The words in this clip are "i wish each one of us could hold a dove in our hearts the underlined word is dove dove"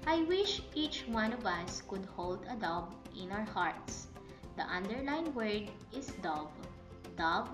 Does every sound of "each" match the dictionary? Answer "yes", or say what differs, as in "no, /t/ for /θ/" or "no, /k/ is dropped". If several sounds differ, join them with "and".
yes